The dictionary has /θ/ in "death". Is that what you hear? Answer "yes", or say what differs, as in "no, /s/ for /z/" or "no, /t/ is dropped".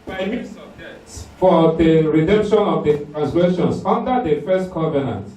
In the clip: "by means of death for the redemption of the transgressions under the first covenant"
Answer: no, /s/ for /θ/